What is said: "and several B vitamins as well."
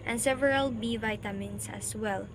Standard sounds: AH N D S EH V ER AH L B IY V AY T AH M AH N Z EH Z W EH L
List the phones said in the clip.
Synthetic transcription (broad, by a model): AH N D S EH V ER AH L B IY V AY T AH M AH N S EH S W EH L